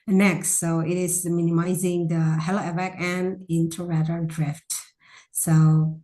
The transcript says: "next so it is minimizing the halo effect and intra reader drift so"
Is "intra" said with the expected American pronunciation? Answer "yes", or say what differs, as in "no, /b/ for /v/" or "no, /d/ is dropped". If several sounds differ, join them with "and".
no, /ɹ/ is dropped